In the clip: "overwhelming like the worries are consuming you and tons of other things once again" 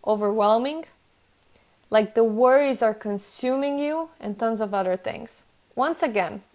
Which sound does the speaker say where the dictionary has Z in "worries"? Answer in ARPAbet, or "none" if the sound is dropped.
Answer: Z